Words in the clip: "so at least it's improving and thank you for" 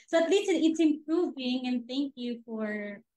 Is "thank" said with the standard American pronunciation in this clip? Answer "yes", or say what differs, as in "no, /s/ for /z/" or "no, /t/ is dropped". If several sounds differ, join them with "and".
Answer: yes